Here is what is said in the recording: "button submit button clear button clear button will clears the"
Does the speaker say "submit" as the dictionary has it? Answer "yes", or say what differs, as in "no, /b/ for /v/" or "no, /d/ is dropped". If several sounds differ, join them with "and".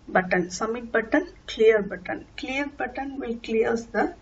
no, /b/ is dropped